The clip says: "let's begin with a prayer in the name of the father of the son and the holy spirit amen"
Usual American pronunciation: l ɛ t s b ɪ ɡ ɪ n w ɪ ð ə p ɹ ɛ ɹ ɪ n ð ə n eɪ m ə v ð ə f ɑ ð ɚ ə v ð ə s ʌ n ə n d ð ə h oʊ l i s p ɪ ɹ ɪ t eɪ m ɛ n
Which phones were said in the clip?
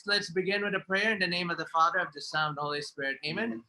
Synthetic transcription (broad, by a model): l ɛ t s b ɪ ɡ ɪ n w ɪ ð ə p ɹ ɛ ɹ ɪ n ð ə n eɪ m ə v ð ə f ɑ ð ɚ ə v ð ə s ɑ ə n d h oʊ l i s p ɪ ɹ ɪ t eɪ m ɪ n